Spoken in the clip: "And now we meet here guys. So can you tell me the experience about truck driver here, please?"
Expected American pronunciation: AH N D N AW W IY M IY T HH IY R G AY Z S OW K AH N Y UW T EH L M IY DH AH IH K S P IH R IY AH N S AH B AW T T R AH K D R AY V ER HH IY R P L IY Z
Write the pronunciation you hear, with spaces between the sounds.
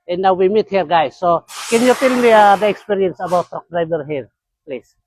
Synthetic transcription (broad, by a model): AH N N AW W IY M IY T HH IY R G AY S OW K AH N Y UW T EH L M IY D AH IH K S P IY R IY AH N S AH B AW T T AO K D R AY B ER HH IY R P L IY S